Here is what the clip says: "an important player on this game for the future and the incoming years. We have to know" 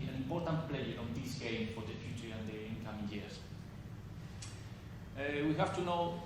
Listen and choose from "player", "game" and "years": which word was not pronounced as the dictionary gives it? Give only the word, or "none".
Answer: years